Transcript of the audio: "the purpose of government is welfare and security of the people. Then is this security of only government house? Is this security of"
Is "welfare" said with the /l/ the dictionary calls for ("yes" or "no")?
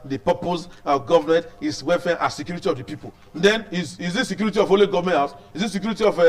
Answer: no